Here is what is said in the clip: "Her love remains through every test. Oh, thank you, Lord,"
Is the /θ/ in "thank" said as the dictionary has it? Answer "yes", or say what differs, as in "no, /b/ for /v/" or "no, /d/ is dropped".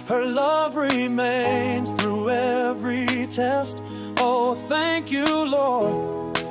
yes